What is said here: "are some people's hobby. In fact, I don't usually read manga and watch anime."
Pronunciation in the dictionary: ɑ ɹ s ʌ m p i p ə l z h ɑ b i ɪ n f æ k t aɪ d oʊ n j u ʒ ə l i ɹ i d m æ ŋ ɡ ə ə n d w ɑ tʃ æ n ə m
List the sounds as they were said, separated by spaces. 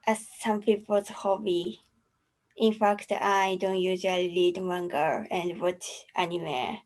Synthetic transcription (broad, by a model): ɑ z s ʌ m p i p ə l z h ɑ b i ɪ n f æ k t aɪ d oʊ n j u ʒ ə l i l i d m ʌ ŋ ɡ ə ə n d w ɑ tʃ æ n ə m